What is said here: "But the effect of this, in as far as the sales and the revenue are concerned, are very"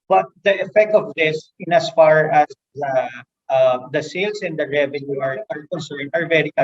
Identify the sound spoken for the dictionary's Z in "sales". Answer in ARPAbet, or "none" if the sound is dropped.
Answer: S